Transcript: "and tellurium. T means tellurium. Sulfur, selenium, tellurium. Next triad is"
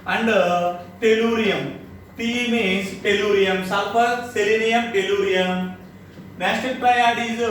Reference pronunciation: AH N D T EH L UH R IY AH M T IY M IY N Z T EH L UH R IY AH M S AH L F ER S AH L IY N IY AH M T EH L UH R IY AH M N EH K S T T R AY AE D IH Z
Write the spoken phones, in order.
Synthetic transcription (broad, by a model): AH N D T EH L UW R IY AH M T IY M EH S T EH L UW R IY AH M S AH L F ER S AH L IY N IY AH M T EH L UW R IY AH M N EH S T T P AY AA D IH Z